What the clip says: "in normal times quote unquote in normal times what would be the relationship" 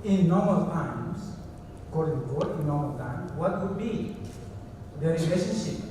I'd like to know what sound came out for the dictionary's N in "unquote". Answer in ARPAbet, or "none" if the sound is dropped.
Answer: none